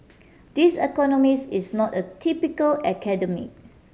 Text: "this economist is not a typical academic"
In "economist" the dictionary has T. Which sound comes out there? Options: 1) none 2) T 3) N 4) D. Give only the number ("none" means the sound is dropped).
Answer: 1